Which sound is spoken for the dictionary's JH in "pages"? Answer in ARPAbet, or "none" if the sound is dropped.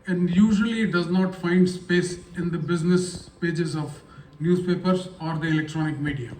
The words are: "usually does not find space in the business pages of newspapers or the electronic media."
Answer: JH